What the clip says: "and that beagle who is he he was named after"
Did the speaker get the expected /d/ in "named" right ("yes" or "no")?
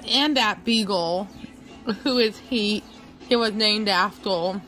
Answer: yes